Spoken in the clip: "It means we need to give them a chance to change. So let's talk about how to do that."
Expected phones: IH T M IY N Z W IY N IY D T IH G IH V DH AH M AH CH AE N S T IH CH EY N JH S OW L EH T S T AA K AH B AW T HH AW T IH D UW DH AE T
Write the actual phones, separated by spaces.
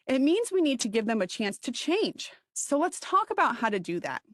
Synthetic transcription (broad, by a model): IH T M IY N Z W IY N IY D T IH G IH V DH AH M AH CH AE N S T IH CH EY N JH S OW L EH T S T AA K AH B AW T HH AW T IH D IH DH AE T